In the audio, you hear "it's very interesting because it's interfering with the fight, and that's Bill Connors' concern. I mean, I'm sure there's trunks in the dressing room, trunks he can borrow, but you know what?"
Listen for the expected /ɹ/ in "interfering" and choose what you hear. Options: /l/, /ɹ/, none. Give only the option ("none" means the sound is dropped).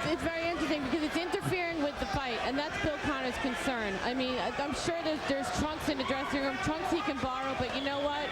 /ɹ/